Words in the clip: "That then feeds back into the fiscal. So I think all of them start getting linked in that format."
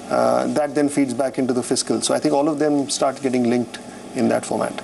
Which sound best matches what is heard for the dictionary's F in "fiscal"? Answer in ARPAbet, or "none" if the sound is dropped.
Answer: F